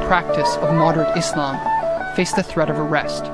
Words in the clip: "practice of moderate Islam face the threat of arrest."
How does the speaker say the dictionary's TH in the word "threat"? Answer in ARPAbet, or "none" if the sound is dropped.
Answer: TH